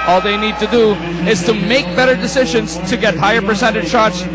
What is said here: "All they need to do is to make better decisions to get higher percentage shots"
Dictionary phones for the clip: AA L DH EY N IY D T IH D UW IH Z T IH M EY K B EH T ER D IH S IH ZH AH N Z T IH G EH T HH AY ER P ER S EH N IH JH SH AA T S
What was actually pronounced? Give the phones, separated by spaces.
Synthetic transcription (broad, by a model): AA L DH EY N IY D T IH D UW IH Z T IH M EY K B EH T ER D IH S IH ZH AH N Z T IH G EH T HH AY ER P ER S EH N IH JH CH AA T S